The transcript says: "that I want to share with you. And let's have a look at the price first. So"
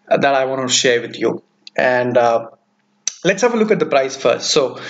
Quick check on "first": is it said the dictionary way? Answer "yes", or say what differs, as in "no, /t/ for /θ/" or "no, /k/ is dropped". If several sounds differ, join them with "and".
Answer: yes